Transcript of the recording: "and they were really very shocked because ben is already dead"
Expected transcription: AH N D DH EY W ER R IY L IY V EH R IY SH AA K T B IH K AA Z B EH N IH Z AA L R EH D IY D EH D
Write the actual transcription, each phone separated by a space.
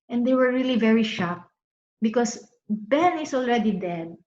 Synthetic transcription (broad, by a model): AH N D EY W ER R IY L IY V EH R IY SH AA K B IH K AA S B EH N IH S AA L R EH D IY D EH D